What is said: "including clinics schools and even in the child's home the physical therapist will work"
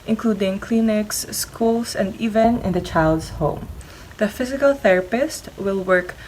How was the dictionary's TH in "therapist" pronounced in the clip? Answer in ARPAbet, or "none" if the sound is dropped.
TH